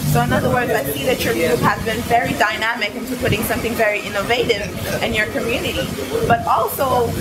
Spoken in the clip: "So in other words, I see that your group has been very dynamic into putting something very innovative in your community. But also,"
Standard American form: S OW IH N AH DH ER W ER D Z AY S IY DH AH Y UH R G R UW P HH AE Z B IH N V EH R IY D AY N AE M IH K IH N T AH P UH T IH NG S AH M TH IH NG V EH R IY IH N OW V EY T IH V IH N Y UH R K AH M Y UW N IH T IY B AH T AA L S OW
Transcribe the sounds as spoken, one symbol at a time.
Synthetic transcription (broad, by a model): S OW IH N AH DH ER W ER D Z AY S IY DH AH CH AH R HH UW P HH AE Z B IH N V EH R IY D AY N AE M IH K IH N T AH P UH T IH NG S AH M TH IH NG V EH R IY IH N OW V EY T IH V IH N Y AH R K AH M Y UW N IH T IY B AH T AA L S OW